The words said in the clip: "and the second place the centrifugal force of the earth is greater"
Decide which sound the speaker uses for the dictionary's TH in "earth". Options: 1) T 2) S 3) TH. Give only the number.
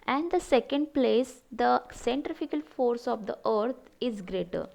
1